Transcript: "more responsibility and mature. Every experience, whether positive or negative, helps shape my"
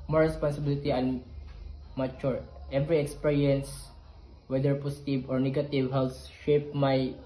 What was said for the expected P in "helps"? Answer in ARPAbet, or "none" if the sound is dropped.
none